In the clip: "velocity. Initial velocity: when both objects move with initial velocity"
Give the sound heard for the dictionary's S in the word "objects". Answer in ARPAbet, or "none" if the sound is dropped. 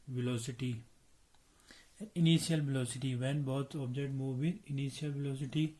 none